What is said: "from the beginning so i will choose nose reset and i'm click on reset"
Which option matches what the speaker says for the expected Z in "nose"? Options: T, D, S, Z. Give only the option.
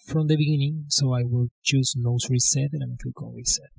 S